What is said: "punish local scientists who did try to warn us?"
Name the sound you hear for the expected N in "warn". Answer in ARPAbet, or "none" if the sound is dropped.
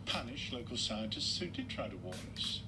none